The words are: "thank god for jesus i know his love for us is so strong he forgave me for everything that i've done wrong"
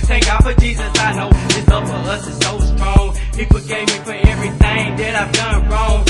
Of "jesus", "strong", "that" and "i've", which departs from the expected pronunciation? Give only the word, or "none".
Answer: none